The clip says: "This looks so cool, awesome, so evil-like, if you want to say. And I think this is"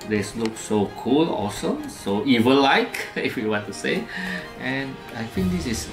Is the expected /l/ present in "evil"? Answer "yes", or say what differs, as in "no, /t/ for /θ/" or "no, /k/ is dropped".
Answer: no, /n/ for /l/